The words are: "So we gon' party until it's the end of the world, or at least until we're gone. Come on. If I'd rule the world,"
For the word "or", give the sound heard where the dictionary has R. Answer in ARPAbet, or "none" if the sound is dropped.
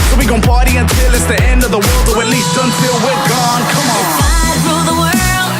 W